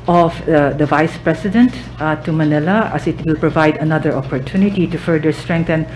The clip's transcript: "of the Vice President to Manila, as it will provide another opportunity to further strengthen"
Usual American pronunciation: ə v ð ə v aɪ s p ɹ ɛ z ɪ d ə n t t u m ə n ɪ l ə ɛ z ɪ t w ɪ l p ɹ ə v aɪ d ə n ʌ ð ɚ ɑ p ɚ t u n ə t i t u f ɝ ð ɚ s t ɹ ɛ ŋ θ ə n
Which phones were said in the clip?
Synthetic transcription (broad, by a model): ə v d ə v aɪ s p ɹ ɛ s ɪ d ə n t t u m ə n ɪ l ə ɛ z ɪ t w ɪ l p ɹ ə v aɪ d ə n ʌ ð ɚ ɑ p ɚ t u n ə t i t u f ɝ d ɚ s t ɹ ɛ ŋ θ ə n